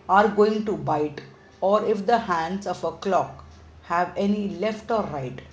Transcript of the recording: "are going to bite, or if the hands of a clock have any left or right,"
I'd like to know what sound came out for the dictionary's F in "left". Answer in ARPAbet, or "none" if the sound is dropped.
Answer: F